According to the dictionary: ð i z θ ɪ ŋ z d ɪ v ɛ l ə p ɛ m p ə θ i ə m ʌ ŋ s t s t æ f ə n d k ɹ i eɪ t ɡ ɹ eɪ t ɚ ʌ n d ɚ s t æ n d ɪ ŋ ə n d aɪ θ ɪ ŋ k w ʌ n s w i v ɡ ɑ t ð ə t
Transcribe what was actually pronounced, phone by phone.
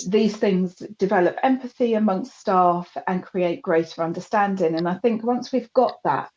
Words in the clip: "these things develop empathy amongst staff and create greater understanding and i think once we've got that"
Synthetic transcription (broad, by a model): ð i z θ ɪ ŋ z d ɪ v ɛ l ə p ɛ m p ə θ i ə m ʌ ŋ s t s t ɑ f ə n k ɹ i eɪ t ɡ ɹ eɪ t ɚ ʌ n d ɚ s t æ n d ɪ ŋ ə n aɪ θ ɪ ŋ k w ʌ n s w i v ɡ ɑ t ð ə t